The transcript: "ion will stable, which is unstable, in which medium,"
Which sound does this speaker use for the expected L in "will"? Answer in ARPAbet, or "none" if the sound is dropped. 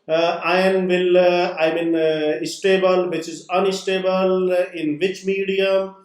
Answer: N